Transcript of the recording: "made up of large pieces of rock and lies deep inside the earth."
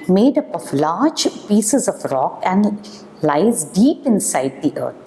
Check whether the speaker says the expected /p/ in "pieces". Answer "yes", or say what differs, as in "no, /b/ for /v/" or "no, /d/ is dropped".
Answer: yes